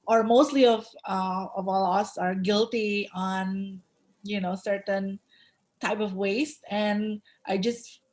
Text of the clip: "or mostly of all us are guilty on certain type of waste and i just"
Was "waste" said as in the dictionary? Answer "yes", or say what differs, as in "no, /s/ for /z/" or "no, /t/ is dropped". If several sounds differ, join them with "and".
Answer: yes